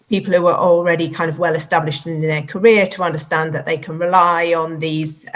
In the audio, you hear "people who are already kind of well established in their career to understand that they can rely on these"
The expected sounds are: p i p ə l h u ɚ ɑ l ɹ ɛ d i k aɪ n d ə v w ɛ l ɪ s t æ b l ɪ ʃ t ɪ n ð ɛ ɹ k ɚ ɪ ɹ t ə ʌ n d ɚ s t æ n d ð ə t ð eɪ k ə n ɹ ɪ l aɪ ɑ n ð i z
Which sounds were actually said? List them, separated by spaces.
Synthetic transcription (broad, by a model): p i p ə l h u ɚ ɑ l ɹ ɛ d i k aɪ n d ə v w ɛ l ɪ s t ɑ b l ɪ ʃ t ɪ n ð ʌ k ɚ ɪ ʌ t ə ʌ n d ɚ s t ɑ n ð ə t ð eɪ k ə n ɹ ɪ l aɪ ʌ n ð i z